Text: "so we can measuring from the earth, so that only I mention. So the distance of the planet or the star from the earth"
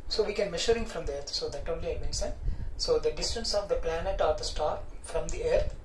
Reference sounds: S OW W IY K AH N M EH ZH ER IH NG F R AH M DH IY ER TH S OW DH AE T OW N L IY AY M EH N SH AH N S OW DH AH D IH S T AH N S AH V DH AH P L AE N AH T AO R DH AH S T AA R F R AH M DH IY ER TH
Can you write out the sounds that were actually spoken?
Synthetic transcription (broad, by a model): S OW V IY K AH N M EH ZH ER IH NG F R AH M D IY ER T S OW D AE T OW N L IY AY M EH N S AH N S OW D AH D IH S T AH N S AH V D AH P L AE N AH T AO R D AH S T AA R F R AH M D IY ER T